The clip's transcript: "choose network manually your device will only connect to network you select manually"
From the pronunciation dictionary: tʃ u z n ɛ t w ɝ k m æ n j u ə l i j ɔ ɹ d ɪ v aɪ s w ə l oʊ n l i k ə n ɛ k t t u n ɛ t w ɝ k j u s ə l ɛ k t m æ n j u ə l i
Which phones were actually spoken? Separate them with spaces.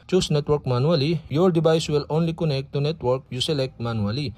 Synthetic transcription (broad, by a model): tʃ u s n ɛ t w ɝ k m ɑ n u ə l i j ɔ ɹ d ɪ b aɪ s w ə l oʊ n l i k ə n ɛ k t t u n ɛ t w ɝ k j u s ə l ɛ k t m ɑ n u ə l i